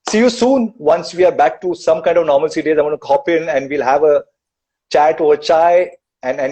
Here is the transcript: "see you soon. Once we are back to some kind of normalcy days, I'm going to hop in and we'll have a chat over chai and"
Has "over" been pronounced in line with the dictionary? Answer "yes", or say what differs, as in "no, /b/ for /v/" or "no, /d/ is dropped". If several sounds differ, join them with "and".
no, /v/ is dropped